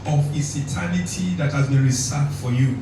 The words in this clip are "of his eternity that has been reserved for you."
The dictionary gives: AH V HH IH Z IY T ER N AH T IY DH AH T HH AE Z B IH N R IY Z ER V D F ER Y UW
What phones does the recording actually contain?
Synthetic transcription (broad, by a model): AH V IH S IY T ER N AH T IY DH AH T HH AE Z B IH N R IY S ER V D F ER Y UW